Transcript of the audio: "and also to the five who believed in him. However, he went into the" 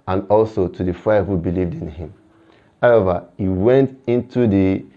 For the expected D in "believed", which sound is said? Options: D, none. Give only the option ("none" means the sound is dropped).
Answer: D